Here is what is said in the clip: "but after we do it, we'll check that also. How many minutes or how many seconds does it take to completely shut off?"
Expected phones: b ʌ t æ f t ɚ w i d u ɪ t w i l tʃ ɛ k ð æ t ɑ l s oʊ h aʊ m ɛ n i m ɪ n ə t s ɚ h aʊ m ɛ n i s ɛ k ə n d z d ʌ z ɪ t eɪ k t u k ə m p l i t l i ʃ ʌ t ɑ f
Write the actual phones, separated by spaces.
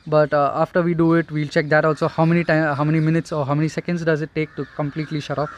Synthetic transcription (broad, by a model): b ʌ t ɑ f t ɚ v i d u ɪ t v i l tʃ ɛ k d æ t ɑ l s oʊ h aʊ m ɛ n i m ɪ n ə t s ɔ h aʊ m ɛ n i s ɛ k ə n d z d ʌ z ɪ t eɪ k t u k ə m p l i t l i ʃ ʌ t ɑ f